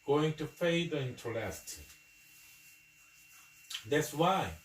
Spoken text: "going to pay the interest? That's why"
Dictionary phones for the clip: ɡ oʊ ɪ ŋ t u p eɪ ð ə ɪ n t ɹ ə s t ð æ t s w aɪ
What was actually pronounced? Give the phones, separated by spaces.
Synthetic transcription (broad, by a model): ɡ oʊ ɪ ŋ t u f eɪ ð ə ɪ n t l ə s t ð æ t s w aɪ